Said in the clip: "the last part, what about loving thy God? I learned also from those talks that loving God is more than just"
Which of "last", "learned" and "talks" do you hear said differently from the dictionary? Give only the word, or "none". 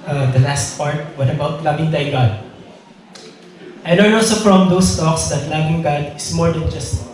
learned